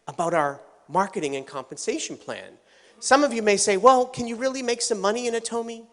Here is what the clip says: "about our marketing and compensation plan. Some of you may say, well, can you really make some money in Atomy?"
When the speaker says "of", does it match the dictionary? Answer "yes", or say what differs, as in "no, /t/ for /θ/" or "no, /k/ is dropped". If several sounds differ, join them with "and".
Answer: yes